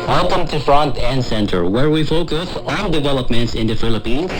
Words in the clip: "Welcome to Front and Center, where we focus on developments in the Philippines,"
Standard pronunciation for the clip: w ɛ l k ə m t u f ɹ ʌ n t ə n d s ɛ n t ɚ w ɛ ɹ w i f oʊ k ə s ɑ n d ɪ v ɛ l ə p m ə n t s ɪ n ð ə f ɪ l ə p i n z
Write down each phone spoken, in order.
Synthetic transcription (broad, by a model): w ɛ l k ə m t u f ɹ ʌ n t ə n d s ɛ n t ɚ w ɛ ɹ w i f oʊ k ə s ɑ n d ɪ v ɛ l ə p m ə n t s ɪ n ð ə f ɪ l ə p i n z